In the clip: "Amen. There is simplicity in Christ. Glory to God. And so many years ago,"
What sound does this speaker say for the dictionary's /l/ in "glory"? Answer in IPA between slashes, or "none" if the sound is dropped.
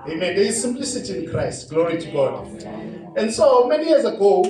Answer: /l/